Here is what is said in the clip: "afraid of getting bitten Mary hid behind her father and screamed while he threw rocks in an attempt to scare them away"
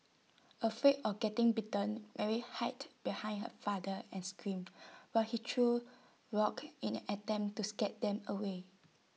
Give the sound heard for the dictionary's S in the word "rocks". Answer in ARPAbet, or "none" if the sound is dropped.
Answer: none